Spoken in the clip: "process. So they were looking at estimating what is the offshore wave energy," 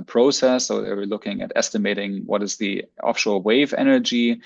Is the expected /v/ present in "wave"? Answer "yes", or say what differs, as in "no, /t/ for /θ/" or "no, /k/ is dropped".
yes